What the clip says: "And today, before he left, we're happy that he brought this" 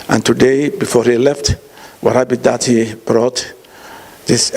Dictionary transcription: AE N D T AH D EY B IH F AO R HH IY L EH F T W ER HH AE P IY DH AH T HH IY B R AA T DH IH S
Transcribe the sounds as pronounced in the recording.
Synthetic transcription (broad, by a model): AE N T AH D EY B IH F AO R HH IY L EH F T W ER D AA B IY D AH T HH IY B R AA T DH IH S